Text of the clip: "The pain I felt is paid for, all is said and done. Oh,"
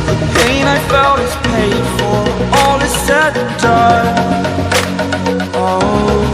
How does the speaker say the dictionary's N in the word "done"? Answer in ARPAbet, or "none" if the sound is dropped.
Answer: none